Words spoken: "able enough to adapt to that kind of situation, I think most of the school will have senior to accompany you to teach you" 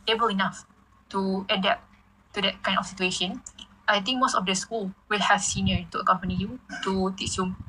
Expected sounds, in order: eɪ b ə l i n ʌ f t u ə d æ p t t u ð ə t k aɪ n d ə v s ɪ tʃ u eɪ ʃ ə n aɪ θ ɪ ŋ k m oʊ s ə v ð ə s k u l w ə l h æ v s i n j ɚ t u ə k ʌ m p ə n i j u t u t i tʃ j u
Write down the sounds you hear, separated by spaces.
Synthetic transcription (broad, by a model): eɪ b ə l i n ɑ f t u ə d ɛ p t t u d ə t k aɪ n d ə f s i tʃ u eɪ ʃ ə n aɪ t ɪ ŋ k m oʊ s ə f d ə s k u l w ə l h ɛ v s i n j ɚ t u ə k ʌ m p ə n i j u t u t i s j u